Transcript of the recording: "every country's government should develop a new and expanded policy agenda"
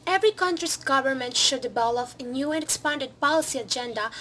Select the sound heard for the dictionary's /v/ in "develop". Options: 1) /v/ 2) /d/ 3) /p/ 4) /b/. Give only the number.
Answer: 4